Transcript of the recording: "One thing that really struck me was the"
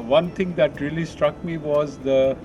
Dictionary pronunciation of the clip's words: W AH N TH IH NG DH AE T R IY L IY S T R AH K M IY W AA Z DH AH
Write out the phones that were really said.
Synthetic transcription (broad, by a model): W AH N T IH NG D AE T R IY L IY S T R AH K M IY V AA Z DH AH